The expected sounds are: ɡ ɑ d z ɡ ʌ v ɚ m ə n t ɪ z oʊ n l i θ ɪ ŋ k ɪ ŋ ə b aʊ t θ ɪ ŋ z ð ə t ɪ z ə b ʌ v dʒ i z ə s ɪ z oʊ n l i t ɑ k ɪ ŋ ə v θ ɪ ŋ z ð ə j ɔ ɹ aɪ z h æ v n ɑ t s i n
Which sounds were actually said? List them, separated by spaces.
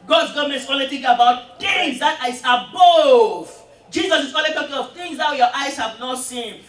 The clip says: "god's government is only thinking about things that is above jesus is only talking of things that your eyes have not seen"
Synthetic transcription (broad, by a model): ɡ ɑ d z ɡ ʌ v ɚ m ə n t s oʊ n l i t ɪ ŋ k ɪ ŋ ə b aʊ t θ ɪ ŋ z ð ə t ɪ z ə b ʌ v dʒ i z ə s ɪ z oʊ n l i t ɑ k ɪ ŋ ə v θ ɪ ŋ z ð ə j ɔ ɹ aɪ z h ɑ v n ɑ t s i n